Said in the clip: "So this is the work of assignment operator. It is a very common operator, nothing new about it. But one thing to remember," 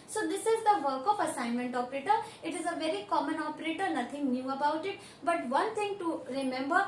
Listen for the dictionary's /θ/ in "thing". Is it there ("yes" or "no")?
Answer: no